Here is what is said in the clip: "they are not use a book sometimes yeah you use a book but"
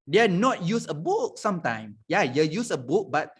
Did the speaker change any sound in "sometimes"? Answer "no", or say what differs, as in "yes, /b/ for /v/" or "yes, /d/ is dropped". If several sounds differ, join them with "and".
yes, /z/ is dropped